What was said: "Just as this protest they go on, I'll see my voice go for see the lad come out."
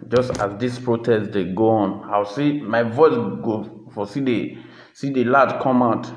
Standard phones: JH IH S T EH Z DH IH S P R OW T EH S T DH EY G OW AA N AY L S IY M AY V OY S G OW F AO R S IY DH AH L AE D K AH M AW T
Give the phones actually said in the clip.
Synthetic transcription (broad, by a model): JH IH S T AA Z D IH S P R OW T EH S T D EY G OW AA N AY W S IY M AY V OY S G OW F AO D S IY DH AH L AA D K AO M AW T